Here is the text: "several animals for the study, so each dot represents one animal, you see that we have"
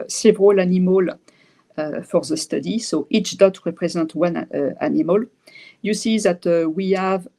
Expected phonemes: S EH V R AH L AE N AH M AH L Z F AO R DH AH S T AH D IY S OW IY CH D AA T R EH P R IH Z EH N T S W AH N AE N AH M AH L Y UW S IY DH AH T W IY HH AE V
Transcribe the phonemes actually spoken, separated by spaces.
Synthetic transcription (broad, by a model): S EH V R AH L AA N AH M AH L F AO R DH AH S T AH D IY S OW IY CH D AA T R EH P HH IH Z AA T W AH N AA N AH M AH L Y UW S IY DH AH T W IY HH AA V